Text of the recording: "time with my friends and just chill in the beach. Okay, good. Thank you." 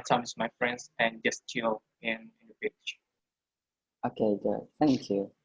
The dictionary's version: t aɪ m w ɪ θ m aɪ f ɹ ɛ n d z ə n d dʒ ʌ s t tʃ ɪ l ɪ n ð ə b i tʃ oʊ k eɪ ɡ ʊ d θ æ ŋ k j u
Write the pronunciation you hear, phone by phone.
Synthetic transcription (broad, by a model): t aɪ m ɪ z m aɪ f ɹ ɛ n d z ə n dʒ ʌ s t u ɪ n ɪ n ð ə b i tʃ oʊ k eɪ ɡ ʊ d θ æ ŋ k j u